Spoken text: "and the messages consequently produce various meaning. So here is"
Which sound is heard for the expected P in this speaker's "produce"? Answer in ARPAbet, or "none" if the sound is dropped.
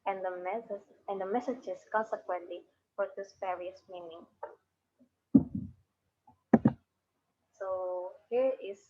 F